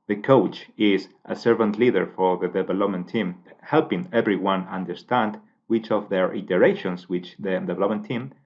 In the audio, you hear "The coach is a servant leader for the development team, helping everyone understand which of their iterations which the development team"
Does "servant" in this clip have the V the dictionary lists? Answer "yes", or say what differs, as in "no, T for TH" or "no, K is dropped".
yes